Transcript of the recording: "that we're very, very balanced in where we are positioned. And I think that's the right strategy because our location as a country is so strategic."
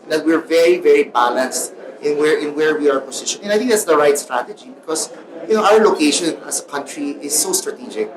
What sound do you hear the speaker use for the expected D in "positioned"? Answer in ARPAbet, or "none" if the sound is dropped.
none